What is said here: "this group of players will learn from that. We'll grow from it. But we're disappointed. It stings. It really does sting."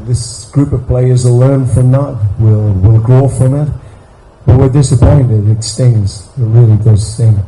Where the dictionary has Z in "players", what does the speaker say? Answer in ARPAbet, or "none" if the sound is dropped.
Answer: Z